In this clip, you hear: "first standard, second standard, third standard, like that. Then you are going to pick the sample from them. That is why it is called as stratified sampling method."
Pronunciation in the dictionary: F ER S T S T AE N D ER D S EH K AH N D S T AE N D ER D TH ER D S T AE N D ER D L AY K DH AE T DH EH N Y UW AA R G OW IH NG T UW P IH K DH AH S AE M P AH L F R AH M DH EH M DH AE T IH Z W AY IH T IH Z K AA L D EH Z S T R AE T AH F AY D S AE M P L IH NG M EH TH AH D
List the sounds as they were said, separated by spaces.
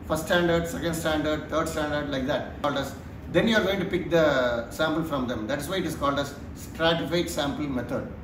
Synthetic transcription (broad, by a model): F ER S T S T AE N D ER D S EH K AH N D S T AE N D ER D T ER D S T AE N D ER D L AY K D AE T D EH N Y UW AA R G OW IH NG T UW P IH K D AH S AE M P AH L F R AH M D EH M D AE T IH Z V AY IH T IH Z K AA L D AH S T R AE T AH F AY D S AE M P IH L M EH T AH D